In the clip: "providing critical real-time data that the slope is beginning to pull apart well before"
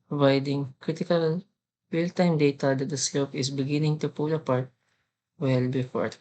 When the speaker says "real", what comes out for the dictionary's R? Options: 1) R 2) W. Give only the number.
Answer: 2